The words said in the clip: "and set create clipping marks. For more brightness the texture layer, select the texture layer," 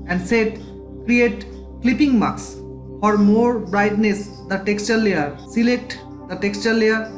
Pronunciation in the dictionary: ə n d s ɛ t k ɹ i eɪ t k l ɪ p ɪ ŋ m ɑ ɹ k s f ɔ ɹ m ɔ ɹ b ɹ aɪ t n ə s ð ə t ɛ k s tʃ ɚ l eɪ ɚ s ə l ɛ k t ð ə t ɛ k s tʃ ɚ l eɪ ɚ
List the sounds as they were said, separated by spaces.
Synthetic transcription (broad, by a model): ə n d s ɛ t k ɹ i eɪ t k l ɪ p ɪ ŋ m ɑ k s f ɔ ɹ m ɔ ɹ b ɹ aɪ t n ə s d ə t ɛ k s tʃ ɚ l eɪ ɚ s ə l ɛ k t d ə t ɛ k s tʃ ɚ l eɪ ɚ